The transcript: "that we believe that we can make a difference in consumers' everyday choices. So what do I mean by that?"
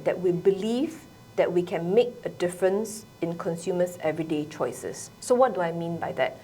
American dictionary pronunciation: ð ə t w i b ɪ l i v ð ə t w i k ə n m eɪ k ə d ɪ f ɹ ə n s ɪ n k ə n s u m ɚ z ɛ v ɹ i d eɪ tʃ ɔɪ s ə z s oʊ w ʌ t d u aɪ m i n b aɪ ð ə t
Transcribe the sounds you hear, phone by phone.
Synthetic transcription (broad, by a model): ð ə t w i b ɪ l i v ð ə t w i k ə n m eɪ k ə d ɪ f ɹ ə n s ɪ n k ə n s u m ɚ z ɛ v ɹ i d eɪ tʃ ɔɪ s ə s oʊ w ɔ t d u aɪ m i n b aɪ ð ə t